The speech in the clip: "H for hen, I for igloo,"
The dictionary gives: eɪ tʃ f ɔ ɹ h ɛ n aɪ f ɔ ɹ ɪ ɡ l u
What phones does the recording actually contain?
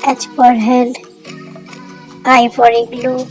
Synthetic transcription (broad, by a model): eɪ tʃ p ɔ ɹ h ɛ l aɪ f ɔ ɹ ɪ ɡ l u